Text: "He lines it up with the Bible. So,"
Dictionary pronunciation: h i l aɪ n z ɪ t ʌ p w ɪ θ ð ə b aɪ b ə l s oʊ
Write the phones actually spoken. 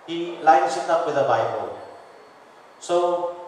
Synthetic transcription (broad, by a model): h i l aɪ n s ɪ t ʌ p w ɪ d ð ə b aɪ b ə l s oʊ